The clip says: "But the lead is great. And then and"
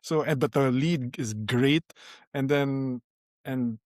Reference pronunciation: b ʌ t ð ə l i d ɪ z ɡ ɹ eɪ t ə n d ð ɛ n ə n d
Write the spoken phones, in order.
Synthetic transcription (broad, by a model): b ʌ t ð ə l i d ɪ z ɡ ɹ eɪ t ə n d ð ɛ n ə n